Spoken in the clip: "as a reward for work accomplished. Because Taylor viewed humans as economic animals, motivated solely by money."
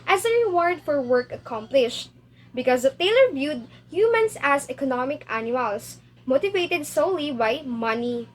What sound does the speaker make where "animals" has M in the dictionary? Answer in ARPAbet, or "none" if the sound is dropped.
none